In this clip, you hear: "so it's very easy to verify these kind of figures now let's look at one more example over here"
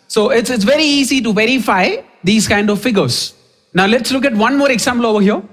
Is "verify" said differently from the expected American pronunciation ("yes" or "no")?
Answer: no